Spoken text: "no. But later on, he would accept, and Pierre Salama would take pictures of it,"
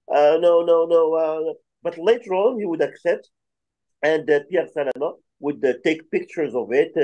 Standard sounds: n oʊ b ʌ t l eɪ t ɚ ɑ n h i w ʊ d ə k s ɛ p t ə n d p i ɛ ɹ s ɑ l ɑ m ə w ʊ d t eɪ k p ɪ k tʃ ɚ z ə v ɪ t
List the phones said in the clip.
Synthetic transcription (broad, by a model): n oʊ b ʌ t l eɪ t ɚ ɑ l h i w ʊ d ə k s ɛ p t ə n d p i ɛ ɹ s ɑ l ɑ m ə w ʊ d t eɪ k p ɪ k tʃ ɚ z ə v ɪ t